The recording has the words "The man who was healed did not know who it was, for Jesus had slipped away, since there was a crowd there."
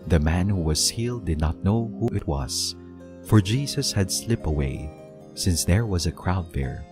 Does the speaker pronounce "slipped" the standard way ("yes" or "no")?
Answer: no